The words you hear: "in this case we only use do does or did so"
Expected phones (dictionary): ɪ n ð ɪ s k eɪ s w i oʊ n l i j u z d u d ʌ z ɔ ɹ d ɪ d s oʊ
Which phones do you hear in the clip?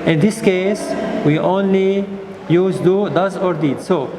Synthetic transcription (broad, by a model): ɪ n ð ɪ s k eɪ s w i oʊ n l i j u z d u d ʌ z ɔ ɹ d ɪ d s oʊ